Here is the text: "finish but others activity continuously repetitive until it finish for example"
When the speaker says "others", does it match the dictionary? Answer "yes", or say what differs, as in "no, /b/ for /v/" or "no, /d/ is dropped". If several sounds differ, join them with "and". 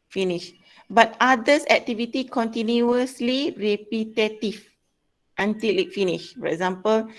no, /s/ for /z/